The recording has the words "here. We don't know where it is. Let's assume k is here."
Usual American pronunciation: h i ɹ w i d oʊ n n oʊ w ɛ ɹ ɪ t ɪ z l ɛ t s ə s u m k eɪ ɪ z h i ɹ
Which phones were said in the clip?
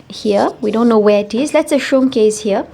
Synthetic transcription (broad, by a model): h i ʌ w i d oʊ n n oʊ w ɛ ɪ t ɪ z l ɛ t s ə ʃ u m k eɪ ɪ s h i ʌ